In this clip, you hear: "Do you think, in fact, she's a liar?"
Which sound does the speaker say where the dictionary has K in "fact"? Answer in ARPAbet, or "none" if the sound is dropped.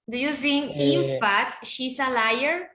none